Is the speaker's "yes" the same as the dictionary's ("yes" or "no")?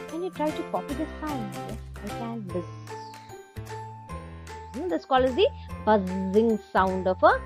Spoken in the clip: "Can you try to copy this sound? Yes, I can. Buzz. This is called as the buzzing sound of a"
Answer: no